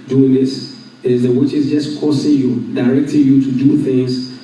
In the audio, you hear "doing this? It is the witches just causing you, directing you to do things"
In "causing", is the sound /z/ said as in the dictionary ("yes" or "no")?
no